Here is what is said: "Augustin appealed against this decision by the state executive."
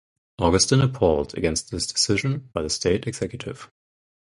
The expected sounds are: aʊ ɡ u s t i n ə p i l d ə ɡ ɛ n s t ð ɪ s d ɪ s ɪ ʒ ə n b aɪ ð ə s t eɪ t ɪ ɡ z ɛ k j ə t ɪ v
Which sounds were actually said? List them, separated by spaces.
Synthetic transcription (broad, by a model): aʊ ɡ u s t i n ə p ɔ l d ə ɡ ɛ n s t ð ɪ s d ɪ s ɪ ʒ ə n b aɪ ð ə s t eɪ t ɪ ɡ z ɛ k j ə t ɪ v